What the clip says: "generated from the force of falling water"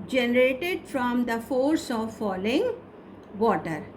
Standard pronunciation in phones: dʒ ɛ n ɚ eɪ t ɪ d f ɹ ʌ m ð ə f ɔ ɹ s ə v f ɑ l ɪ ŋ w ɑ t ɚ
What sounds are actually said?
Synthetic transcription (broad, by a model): dʒ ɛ n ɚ eɪ t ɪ d f ɹ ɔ m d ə f ɔ ɹ s ə v f ɑ l ɪ ŋ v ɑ t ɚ